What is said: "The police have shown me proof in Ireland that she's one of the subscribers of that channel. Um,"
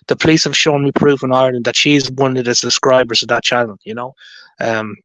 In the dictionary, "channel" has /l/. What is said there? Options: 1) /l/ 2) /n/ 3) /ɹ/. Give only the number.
2